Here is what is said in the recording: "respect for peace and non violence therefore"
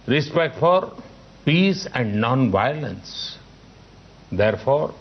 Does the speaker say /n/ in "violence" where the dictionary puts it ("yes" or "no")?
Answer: yes